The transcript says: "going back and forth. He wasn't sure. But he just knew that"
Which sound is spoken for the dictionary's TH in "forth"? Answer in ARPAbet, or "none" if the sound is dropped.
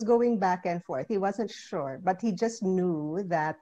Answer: TH